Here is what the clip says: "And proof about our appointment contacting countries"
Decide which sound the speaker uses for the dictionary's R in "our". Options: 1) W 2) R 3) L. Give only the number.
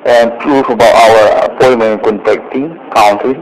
1